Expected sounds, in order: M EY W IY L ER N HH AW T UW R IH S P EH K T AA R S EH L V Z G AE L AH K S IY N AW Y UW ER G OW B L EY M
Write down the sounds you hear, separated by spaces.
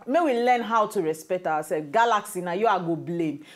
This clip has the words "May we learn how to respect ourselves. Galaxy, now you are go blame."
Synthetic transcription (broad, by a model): M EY W IY L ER N HH AW T UW R IH S P EH K T AA W S EH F G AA L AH K S IY N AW Y UW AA G OW B L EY M